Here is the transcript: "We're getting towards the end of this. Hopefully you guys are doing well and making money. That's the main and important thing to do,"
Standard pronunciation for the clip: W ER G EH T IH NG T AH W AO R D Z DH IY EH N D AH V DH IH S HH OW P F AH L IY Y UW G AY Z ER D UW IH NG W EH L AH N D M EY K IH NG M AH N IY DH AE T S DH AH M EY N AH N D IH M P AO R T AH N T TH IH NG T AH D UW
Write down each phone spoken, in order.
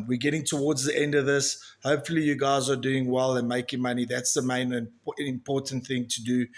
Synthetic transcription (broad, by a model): W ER G EH T IH NG T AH W AO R D Z DH IY EH N D AH V DH IH S HH OW P F AH L IY Y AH G AY Z ER D UW IH NG W EH L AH N M EY K IH NG M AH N IY DH AE T S DH AH M EY AH N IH M P AO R T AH N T TH IH NG T AH D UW